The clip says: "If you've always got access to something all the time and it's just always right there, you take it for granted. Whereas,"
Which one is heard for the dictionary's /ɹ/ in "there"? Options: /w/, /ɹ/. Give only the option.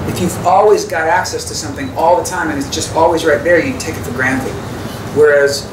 /ɹ/